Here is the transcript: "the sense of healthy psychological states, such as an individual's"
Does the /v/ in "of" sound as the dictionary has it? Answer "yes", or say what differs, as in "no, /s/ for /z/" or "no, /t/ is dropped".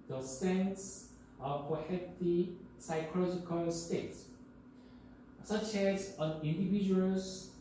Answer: no, /p/ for /v/